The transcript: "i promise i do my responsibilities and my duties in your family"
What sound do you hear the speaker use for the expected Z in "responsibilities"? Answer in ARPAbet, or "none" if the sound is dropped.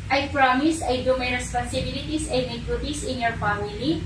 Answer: S